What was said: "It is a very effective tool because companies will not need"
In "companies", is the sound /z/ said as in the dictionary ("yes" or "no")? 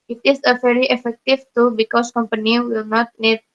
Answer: no